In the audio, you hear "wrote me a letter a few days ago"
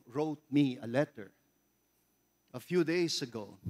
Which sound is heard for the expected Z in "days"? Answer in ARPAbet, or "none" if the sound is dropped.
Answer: S